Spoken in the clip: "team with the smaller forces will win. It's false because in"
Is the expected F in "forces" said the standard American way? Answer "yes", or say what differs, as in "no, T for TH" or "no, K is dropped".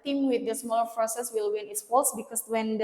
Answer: no, P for F